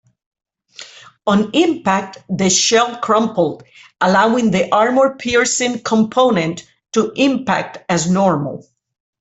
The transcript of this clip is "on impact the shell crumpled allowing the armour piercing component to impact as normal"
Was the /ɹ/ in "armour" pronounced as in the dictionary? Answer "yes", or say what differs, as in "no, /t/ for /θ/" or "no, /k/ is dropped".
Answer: yes